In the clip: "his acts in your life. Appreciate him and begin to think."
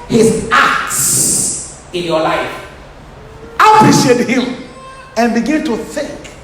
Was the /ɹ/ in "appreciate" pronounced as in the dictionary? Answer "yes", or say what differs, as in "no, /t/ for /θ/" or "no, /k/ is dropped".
no, /ɹ/ is dropped